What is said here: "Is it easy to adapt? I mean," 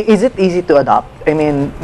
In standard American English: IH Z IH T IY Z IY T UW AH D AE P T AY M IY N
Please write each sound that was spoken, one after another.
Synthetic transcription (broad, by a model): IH Z IH T IY Z IY T UW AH D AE P T AY M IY N